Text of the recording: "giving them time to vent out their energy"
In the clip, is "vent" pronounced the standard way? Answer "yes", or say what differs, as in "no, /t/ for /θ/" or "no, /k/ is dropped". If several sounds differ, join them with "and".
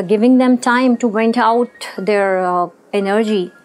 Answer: no, /b/ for /v/